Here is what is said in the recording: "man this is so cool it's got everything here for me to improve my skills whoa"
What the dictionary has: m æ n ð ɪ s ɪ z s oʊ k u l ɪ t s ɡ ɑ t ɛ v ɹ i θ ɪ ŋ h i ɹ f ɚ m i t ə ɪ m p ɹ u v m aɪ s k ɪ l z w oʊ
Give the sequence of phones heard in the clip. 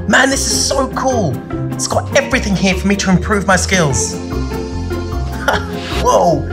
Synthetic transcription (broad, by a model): m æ n ð ɪ s ɪ z s oʊ k u l ɪ t s ɡ ɑ t ɛ v ɹ i θ ɪ ŋ h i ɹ f ɚ m i t ə ɪ m p ɹ u v m aɪ s k ɪ l z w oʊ